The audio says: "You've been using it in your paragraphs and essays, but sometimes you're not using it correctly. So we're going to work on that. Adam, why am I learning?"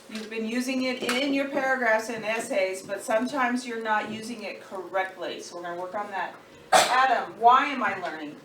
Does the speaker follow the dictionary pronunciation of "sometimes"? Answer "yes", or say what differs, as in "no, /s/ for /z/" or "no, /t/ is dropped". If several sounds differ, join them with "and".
yes